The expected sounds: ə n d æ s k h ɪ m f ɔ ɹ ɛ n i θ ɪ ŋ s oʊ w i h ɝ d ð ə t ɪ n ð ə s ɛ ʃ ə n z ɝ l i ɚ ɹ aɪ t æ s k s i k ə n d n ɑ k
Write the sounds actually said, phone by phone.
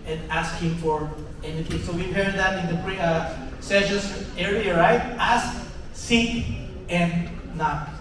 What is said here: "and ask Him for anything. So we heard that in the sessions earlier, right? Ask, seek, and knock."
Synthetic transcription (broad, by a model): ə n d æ s k h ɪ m f ɔ ɹ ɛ n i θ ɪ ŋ s oʊ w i h ɝ d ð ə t ɪ n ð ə s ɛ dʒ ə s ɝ i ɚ ɹ aɪ t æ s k s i ə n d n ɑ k